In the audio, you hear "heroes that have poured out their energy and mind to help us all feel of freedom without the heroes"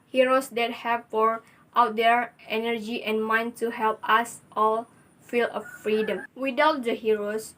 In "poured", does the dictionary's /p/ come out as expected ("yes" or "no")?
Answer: no